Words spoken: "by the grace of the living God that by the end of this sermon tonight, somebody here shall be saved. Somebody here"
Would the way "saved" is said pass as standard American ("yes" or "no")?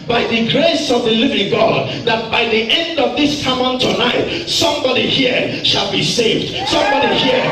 yes